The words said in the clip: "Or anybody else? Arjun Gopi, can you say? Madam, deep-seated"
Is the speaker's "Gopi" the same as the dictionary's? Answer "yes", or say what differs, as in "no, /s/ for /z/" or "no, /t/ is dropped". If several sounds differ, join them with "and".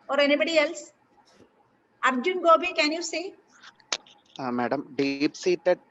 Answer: no, /b/ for /p/